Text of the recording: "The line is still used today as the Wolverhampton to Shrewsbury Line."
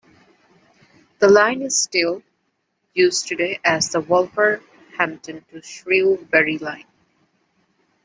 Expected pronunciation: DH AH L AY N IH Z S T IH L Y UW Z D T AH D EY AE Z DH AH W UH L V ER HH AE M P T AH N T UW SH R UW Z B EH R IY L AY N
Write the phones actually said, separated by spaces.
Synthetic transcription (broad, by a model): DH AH L AY N IH Z S T IH L Y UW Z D T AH D EY AE Z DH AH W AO L F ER HH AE M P T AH N T UW SH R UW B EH R IY L AY N